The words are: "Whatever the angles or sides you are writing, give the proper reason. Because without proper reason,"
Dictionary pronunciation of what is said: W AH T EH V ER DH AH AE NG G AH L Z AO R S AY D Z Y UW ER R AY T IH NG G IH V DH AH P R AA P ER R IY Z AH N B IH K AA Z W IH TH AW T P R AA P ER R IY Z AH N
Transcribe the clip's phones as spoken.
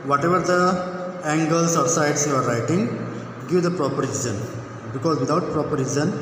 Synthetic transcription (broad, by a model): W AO T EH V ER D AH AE NG G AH L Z AO R S AY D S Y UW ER R AY T IH NG G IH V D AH P R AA P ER R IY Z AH N B IH K AA Z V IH T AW T P R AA P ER R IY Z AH N